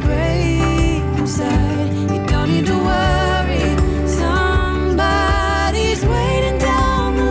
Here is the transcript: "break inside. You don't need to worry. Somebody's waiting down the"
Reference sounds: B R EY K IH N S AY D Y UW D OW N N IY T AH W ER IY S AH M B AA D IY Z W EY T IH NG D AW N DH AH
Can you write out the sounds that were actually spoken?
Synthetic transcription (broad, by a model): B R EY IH S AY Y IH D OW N N IY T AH W ER IY S AH M B AA D IY Z W EY T IH NG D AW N